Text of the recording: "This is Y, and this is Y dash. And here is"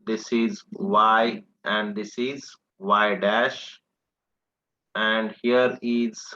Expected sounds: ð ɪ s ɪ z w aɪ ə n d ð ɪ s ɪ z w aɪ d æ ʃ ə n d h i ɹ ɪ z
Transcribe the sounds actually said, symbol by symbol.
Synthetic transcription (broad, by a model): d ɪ s ɪ z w aɪ ə n d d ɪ s ɪ z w aɪ d æ ʃ ə n d h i ɹ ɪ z